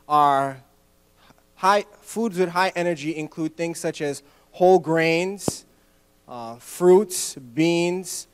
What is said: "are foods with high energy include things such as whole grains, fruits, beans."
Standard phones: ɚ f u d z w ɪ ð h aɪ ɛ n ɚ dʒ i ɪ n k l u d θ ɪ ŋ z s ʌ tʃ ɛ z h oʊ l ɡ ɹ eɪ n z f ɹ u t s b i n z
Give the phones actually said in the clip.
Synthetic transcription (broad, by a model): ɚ f u d z w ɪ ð h aɪ ɛ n ɚ dʒ i ɪ n k l u d θ ɪ ŋ z s ʌ tʃ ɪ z h oʊ l ɡ ɹ eɪ n z f ɹ u t s b i n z